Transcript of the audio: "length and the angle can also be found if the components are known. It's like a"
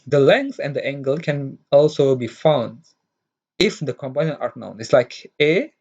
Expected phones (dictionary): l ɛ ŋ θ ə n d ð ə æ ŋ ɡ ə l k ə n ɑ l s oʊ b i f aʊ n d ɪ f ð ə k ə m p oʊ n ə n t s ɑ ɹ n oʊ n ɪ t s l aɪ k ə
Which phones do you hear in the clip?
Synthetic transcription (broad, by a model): l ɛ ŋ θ ə n d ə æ ŋ ɡ ə l k ə n ɑ l s oʊ b i f aʊ n d ɪ f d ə k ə m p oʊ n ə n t ɑ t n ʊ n ɪ t s l aɪ k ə